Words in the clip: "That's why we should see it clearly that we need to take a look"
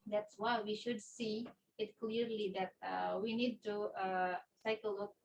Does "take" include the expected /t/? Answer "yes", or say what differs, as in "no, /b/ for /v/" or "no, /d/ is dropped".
no, /s/ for /t/